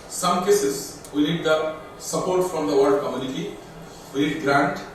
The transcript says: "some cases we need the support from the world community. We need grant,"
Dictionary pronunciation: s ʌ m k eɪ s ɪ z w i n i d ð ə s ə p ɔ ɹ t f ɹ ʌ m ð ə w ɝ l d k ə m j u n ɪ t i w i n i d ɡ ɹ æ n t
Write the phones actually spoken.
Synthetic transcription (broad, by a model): s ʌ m k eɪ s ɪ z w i n i d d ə s ə p ɔ ɹ t f ɹ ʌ m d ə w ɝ d k ə m j u n ɪ t i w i n i d ɡ ɹ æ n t